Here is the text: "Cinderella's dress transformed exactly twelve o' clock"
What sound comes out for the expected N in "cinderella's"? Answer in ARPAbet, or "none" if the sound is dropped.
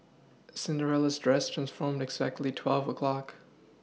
N